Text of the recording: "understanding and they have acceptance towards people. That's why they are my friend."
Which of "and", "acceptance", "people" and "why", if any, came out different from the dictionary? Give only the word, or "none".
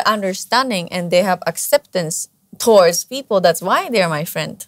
none